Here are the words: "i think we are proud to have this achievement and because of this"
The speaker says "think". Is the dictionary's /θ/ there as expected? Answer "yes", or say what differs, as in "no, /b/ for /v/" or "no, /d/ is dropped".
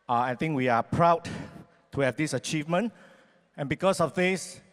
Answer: no, /t/ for /θ/